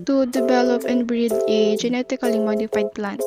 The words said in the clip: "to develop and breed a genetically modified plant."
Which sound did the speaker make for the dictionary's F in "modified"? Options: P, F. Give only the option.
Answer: F